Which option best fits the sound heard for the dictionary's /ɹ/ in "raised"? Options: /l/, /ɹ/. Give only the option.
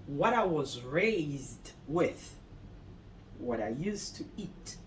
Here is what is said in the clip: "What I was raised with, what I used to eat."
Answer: /ɹ/